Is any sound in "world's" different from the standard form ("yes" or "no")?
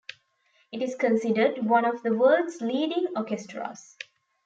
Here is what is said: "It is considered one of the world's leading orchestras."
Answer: yes